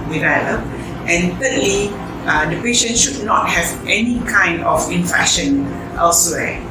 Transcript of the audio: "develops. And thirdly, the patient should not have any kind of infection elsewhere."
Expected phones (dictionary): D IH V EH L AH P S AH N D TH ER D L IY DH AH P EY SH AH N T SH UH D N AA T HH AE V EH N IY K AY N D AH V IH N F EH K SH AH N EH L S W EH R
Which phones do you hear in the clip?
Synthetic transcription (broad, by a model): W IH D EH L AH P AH N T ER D L IY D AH P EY SH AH N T SH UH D N AA T HH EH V EH N IY K AY N D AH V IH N F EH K SH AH N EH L S W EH